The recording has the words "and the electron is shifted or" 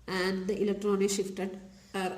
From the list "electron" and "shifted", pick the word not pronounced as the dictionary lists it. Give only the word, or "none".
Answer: none